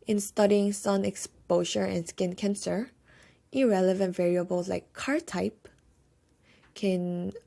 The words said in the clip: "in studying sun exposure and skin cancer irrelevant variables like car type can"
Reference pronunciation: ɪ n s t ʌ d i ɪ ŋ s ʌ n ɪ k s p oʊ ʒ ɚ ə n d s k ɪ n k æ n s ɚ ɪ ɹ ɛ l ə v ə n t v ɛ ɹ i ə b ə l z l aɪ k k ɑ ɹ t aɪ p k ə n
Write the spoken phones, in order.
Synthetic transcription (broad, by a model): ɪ n s t ʌ d i ɪ ŋ s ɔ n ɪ k s p oʊ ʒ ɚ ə n s k ɪ n k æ n s ɚ ɪ ɹ ɛ l ə v ə n t v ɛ ɹ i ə b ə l s l aɪ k k ɑ ɹ t aɪ p k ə n